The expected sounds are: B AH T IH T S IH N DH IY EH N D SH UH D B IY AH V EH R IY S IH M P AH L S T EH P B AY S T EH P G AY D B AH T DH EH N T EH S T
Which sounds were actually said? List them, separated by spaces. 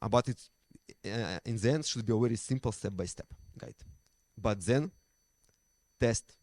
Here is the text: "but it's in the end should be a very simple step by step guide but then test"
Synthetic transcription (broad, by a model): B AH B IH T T IH N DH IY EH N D SH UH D B IY AH W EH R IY S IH M P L S T EH P B AY S T EH P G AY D B AH T DH EH N T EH S T